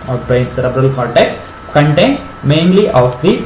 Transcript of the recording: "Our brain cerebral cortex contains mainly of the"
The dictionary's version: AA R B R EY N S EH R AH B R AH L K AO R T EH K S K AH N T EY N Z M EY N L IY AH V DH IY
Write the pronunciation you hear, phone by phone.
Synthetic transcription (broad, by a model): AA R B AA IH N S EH R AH B R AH L K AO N T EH K S K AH N T EY N S M EY N L IY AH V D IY